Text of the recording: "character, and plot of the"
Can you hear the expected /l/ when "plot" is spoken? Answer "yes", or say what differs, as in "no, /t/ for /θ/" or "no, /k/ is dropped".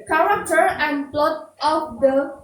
yes